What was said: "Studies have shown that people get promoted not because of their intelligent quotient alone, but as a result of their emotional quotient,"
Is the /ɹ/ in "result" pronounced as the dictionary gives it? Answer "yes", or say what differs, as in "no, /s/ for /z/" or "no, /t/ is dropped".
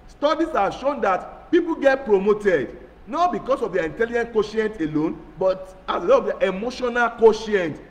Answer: no, /l/ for /ɹ/